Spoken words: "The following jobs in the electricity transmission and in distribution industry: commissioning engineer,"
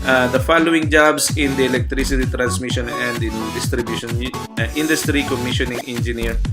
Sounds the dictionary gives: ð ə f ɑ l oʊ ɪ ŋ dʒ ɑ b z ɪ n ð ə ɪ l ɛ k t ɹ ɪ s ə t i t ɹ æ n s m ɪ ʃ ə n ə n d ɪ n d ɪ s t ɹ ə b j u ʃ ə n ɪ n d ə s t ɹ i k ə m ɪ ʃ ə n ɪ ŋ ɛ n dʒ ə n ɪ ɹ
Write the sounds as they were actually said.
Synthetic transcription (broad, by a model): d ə f ɑ l oʊ ɪ ŋ dʒ ɑ b s ɪ n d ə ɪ l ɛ k t ɹ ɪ s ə t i t ɹ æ n s m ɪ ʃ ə n ə n d ɪ n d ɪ s t ɹ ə b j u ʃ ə n ɪ n d ə s t ɹ i k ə m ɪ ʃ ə n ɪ ŋ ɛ n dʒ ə n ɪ ɹ